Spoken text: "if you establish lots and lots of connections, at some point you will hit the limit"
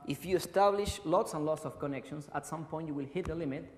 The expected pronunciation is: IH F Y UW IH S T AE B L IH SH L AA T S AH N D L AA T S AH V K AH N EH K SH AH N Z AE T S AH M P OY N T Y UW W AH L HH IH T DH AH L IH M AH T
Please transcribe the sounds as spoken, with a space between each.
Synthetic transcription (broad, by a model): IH F Y UW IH S T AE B L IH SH L AA T S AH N L AA T S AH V K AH N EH K SH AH N S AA T S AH M P OY N T Y UW W AH L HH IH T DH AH L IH M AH T